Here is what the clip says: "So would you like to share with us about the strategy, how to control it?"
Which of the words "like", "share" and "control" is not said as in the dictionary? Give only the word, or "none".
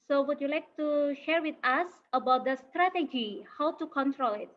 none